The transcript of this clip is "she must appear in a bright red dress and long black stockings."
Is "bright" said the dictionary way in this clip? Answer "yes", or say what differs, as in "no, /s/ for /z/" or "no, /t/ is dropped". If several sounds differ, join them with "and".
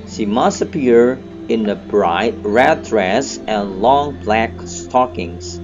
yes